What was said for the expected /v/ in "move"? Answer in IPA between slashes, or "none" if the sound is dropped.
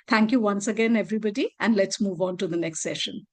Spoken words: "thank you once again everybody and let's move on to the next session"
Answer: /v/